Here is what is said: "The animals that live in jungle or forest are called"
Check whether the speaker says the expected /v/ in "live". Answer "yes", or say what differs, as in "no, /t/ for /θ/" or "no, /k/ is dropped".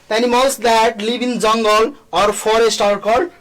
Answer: no, /b/ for /v/